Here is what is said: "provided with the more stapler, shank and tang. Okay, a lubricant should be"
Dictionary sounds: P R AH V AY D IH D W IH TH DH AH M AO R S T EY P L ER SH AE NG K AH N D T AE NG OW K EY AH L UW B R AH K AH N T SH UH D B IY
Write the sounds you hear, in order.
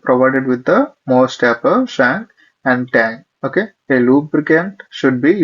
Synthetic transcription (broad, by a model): P R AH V AY D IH D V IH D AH M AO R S T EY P ER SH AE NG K AH N D T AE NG OW K EY AH L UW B R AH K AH N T SH UH D B IY